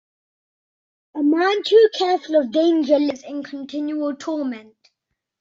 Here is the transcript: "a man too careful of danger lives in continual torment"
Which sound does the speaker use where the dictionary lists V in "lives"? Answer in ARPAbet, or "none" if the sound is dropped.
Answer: none